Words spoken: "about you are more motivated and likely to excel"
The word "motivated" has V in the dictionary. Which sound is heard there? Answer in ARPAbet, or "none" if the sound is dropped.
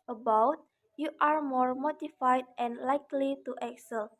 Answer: F